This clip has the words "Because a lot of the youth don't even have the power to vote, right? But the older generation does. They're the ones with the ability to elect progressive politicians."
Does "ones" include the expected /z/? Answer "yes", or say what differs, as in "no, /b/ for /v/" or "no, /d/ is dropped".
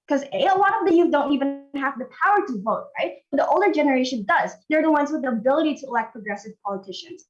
yes